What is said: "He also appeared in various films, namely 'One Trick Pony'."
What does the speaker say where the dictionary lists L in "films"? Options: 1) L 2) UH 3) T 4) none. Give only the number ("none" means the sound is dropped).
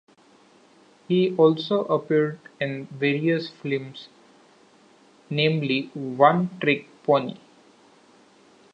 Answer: 4